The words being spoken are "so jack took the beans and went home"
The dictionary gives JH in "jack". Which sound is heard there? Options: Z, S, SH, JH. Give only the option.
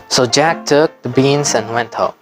JH